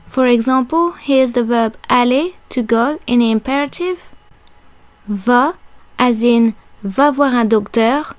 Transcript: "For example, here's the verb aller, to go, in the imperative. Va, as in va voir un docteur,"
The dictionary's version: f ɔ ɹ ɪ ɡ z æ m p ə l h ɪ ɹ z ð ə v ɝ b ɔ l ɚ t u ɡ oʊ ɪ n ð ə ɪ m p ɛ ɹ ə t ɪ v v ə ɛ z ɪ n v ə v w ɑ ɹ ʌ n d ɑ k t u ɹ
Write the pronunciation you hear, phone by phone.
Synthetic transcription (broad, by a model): f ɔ ɹ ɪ ɡ z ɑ p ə l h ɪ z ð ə v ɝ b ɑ l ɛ t u ɡ oʊ ɪ n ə m p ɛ ɹ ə t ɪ v v ə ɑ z ɪ n v ə v w ɑ ɹ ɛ d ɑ k t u ɹ